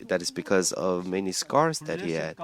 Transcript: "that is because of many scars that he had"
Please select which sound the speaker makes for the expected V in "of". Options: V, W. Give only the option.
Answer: V